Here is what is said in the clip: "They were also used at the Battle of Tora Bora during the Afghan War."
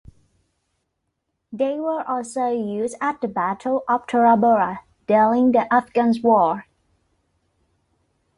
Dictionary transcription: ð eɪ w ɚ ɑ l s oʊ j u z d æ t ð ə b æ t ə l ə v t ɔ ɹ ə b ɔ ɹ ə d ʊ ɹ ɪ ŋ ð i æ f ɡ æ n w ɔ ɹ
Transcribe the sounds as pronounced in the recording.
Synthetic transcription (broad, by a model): ð eɪ w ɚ ɑ l s oʊ j u z d æ t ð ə b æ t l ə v t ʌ ɹ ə b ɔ ɹ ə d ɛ l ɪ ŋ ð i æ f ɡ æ n w ɔ ɹ